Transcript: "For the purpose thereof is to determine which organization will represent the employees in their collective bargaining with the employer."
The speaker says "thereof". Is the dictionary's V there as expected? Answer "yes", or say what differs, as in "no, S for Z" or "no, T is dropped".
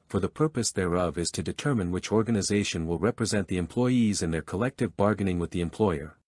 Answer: yes